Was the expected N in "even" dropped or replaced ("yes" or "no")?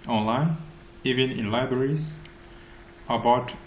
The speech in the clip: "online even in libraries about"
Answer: no